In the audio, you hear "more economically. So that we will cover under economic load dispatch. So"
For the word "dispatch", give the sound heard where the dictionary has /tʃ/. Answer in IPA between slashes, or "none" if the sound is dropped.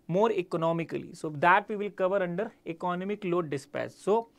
/s/